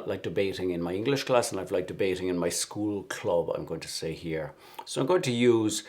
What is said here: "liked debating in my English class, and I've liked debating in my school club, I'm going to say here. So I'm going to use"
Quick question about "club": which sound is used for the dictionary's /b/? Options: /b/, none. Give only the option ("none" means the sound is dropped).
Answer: /b/